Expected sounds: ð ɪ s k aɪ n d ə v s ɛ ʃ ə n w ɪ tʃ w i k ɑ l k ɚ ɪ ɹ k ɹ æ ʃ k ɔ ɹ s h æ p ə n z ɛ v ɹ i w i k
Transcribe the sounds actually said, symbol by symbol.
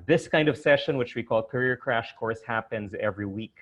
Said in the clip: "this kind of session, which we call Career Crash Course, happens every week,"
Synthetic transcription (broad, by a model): ð ɪ s k aɪ n d ə v s ɛ ʃ ə n w ɪ tʃ w i k ɑ l k ɚ ɪ ɹ k ɹ æ ʃ k ɔ ɹ s h æ p ə n z ɛ v ɹ i w i k